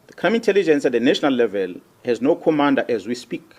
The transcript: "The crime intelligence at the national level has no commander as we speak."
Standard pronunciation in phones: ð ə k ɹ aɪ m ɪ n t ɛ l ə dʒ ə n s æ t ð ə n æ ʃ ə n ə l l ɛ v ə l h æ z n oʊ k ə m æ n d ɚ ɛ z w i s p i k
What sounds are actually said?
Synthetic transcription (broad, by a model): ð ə k aɪ m ɪ n t ɛ l ə dʒ ə n s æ t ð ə n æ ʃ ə n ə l l ɛ v ə l h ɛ z n oʊ k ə m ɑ n d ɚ ɛ z w i s p i k